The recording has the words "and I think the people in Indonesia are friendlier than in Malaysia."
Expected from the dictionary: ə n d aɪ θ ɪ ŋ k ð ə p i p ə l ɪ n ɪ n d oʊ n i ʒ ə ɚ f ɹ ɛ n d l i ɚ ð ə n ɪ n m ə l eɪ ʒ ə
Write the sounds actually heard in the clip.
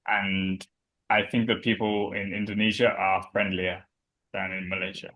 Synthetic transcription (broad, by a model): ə n aɪ θ ɪ ŋ k ð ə p i p ə l ɪ n ɪ n d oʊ n i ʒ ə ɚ f ɹ ɛ n d l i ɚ ð ə n ɪ n m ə l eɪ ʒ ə